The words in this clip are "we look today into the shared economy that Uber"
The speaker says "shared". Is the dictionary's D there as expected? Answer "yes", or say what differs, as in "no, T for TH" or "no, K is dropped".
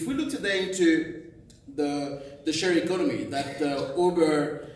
no, D is dropped